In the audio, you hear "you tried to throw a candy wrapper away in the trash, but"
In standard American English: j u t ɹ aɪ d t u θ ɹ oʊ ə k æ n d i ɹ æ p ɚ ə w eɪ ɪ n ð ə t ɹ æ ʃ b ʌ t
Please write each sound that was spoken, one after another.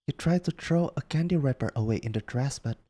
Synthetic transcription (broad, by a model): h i t ɹ aɪ d t u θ ɹ oʊ ə k æ n d i ɹ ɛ p ɚ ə w eɪ ɪ n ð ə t ɹ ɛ s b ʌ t